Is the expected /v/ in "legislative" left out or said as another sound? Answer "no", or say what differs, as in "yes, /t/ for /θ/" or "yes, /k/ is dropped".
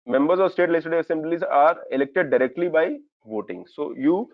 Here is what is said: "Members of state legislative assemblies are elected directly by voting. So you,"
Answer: yes, /v/ is dropped